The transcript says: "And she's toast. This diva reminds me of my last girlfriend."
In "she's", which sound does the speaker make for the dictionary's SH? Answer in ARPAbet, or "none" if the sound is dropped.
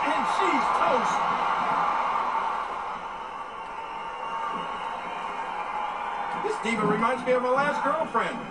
SH